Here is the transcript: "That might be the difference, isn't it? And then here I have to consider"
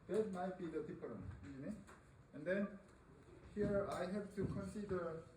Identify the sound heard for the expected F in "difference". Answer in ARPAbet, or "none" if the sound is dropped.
P